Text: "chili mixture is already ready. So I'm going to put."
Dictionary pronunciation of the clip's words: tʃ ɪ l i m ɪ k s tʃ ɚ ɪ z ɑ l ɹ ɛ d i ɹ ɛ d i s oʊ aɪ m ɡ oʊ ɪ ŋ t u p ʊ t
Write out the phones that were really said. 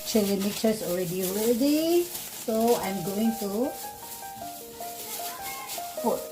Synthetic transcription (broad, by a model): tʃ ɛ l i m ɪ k tʃ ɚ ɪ s ɑ l ɹ ɛ d i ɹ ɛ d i s oʊ aɪ m ɡ oʊ ɪ ŋ t u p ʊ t